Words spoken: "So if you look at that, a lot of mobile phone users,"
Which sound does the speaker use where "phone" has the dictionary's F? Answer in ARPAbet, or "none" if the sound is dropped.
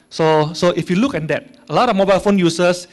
F